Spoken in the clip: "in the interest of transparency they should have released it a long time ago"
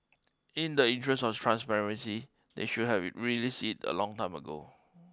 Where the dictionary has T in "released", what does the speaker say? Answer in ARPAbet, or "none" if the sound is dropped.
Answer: none